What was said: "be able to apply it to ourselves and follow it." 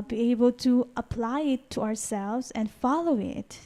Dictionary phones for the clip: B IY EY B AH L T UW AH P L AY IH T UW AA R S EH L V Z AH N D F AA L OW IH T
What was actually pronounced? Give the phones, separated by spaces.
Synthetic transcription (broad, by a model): B IY EY B AH L T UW AH P L AY IH T UW AA R S EH L V Z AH N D F AA L OW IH T